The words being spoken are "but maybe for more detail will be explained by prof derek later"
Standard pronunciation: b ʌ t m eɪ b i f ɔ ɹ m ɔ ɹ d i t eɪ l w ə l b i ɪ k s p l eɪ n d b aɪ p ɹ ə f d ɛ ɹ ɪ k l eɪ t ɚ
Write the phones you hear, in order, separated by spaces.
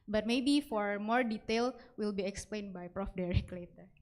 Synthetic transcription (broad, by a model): b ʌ t m eɪ b i f ɔ ɹ m ɔ ɹ d i t eɪ l w ə l b i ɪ k s p l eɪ n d b aɪ p ɹ ə f d ɛ ɹ ɪ k l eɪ t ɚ